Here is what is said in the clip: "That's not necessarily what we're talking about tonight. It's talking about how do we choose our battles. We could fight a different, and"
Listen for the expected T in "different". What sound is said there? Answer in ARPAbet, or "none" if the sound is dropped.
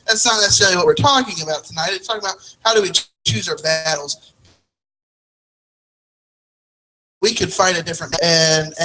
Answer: none